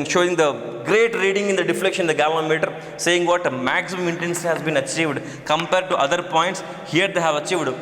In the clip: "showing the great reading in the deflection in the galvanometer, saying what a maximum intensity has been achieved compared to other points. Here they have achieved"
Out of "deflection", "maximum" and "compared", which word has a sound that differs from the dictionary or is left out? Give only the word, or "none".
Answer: none